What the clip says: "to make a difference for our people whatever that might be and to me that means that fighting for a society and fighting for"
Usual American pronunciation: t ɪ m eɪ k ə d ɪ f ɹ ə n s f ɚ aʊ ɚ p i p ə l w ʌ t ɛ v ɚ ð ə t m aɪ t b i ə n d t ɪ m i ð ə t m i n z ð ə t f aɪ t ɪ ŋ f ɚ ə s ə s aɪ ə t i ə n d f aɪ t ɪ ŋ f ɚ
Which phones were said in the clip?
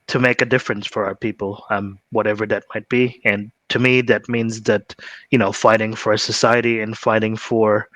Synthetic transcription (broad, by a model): t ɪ m eɪ k ə d ɪ f ɹ ə n s f ɚ aʊ ɚ p i p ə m w ʌ t ɛ v ɚ ð ə t m aɪ t b i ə n t ɪ m i ð ə t m i n z ð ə t f aɪ t ɪ ŋ f ɚ ə s ə s aɪ ə t i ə n f aɪ t ɪ ŋ f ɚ